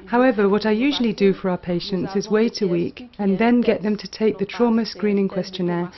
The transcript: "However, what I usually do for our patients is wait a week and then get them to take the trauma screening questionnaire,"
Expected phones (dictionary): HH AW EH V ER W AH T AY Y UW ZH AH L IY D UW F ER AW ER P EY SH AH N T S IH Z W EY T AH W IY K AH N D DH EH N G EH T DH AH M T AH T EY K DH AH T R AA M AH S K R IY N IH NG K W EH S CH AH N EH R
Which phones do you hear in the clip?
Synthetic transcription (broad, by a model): HH AW EH V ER W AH T AY Y UW ZH AH L IY D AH F ER AW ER P EY SH AH N T S IH Z W EY T AH W IY K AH N DH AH N G EH T DH AH M T AH T EY K DH AH T R AA M AH S K R IY N IH NG K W EH S CH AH N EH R